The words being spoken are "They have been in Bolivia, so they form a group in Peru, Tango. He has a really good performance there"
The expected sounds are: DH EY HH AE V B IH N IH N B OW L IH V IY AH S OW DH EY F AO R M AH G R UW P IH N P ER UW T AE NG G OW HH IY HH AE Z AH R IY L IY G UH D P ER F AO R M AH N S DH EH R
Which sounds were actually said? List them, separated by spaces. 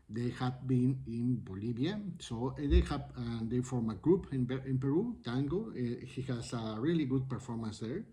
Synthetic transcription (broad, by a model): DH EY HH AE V B IH N IH N B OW L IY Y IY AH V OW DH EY F AO R M AH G R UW P IH N P ER UW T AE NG G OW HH IY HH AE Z AH R IY L IY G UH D P ER F AO R M AH N S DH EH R